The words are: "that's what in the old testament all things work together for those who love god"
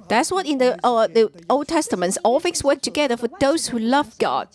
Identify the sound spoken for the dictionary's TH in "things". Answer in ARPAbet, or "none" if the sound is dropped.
F